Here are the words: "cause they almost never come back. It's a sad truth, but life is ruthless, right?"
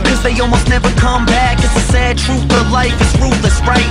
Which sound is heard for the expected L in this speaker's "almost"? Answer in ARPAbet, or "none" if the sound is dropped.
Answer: L